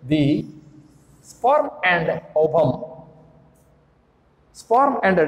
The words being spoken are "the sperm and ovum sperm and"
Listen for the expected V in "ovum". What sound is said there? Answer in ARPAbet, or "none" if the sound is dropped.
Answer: B